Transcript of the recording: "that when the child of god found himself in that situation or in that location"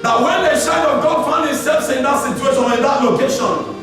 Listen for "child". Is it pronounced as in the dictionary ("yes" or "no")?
no